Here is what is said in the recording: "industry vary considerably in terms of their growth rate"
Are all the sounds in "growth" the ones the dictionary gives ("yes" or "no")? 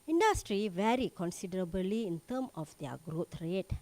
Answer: no